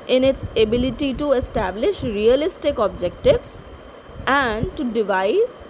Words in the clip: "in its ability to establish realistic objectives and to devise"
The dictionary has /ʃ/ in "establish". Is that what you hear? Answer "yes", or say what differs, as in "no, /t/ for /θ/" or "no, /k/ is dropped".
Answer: yes